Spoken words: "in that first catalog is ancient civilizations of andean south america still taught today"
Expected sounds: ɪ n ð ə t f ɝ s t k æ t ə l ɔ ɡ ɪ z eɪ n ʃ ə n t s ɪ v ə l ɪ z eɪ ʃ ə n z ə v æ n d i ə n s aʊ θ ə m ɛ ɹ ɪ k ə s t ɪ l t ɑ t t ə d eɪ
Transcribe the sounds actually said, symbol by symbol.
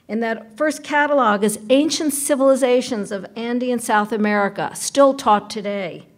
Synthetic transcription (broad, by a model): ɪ n ð ə t f ɝ s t k æ t ə l ɔ ɡ ɪ z eɪ n ʃ ə n t s ɪ v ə l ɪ z eɪ ʃ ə n z ə v æ n d i ə n s aʊ θ ə m ɛ ɹ ɪ k ə s t ɪ l t ɑ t t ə d eɪ